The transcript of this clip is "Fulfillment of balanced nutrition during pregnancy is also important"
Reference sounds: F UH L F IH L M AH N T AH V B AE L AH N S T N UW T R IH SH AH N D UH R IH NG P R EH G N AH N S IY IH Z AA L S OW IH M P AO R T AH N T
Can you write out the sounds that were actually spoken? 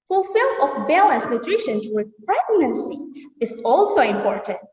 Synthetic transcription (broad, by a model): F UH L F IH L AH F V B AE L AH N S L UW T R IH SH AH N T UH W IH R P R EH G N AH N S IY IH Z AA L S OW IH M P AO R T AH N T